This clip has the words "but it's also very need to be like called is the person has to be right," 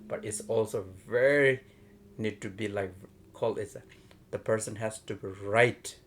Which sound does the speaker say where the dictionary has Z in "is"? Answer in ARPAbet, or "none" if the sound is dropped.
S